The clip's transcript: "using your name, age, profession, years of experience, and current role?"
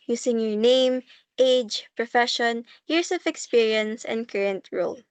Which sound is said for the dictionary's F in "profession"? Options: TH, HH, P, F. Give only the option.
F